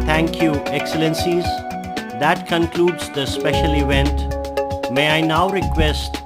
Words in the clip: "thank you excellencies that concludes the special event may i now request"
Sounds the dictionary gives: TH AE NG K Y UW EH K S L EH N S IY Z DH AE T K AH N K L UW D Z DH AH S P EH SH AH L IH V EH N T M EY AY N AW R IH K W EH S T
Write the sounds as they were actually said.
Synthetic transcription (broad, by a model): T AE NG K Y UW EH K S L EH N S IY Z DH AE T K AH N K L UW D Z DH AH S P EH SH AH L IH V EH N T M EY AY N AW R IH K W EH S T